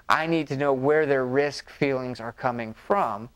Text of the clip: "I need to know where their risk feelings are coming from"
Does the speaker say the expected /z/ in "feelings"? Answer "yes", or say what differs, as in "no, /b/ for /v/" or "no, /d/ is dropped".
yes